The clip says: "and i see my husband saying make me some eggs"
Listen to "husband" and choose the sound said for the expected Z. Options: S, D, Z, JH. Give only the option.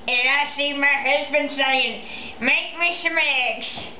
Z